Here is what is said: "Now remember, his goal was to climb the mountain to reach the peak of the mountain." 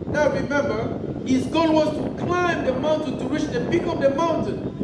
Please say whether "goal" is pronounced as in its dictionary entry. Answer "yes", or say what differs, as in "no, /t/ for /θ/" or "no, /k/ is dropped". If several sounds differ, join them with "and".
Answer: no, /n/ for /l/